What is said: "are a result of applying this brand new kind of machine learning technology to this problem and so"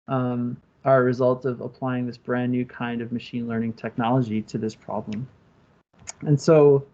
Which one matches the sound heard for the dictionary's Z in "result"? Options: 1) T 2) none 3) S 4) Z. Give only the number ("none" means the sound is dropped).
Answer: 4